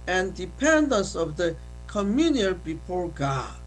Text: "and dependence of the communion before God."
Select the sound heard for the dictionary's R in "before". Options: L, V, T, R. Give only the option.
R